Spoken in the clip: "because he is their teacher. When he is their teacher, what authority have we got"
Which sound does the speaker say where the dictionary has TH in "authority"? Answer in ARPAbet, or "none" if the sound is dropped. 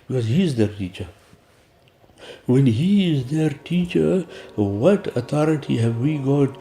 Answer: T